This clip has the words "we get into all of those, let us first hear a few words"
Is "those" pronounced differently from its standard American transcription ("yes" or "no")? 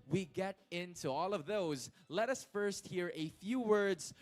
no